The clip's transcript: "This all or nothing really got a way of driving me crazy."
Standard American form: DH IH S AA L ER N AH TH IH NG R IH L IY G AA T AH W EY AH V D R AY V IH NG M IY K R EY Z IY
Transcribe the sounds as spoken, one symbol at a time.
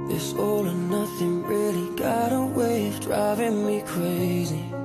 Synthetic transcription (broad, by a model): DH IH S AA L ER N AH TH IH NG R IH L IY G AA T AH W EY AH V D R AY V IH NG M IY K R EY Z IY